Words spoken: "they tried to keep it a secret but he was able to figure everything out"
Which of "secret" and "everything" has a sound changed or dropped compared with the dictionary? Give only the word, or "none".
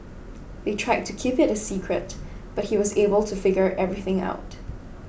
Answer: none